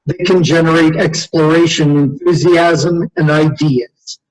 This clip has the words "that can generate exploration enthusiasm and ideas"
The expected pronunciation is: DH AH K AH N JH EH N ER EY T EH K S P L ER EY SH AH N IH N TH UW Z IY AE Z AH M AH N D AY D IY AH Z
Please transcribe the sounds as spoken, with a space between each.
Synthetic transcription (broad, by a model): DH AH K AH N JH EH N ER EY T EH K S P L ER EY SH AH N IH N TH UW Z IY AE Z AH M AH N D AY D IY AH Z